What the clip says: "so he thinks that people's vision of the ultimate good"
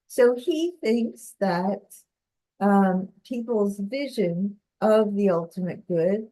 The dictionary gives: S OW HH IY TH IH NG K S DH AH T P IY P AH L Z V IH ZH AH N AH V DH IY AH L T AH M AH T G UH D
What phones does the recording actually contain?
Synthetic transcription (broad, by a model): S OW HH IY TH IH NG K S DH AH T P IY P L Z V IH ZH AH N AH V DH IY AH L T AH M AH T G UH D